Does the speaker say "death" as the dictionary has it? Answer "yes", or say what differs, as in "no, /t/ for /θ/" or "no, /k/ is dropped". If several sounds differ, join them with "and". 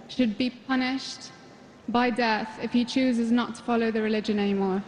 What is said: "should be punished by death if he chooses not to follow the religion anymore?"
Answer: yes